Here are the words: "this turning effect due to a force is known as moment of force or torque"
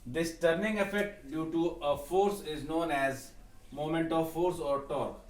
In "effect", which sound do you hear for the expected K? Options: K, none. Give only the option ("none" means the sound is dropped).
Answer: none